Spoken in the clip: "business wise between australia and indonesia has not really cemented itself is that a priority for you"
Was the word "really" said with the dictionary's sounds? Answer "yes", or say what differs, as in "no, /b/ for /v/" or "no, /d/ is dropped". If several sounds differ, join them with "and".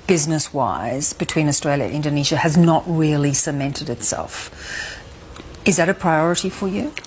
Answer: yes